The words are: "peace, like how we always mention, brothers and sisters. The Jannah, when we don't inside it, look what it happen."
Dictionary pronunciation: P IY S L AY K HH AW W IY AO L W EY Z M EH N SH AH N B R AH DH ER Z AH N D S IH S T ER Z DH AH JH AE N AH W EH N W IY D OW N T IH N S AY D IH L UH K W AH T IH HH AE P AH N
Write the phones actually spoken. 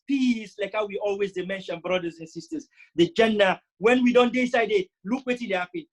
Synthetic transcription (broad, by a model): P IY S L AY K HH AW W IY AO L W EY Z M EH N SH AH N B R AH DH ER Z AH N S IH S T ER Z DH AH JH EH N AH W EH N W IY D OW N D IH S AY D IH L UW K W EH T IH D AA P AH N